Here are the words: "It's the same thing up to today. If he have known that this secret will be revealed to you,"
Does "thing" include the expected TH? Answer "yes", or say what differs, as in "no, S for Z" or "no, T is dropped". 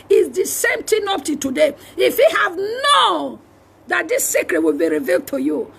no, T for TH